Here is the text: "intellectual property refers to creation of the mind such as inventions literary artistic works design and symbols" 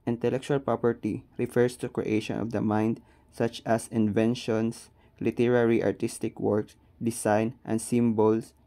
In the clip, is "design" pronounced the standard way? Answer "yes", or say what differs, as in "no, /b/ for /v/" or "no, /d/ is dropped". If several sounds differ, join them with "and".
no, /s/ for /z/